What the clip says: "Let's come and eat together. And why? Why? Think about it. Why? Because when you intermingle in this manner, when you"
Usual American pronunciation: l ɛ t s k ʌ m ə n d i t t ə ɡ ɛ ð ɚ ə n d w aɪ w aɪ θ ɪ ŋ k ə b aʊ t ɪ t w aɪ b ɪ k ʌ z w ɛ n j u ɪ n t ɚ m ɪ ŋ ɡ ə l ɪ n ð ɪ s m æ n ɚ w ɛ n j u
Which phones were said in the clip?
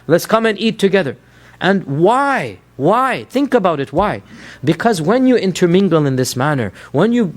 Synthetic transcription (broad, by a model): l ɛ t s k ʌ m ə n i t t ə ɡ ɛ ð ɚ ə n w aɪ w aɪ θ ɪ ŋ k ə b aʊ t ɪ t w aɪ b ɪ k ʌ z w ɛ n j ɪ ɪ n t ɚ m ɪ ŋ ɡ l ɪ n ð ɪ s m æ n ɚ w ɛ n j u